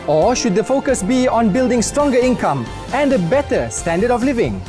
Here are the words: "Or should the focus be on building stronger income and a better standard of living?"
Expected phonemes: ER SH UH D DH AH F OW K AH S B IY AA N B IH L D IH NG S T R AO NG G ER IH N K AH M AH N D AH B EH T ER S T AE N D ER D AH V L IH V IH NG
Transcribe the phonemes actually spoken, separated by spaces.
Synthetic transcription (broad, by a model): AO SH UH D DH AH F OW K AH S B IY AA N B IH L D IH NG S T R AO NG G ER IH N K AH M AH N D AH B EH T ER S T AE N D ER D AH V L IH V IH NG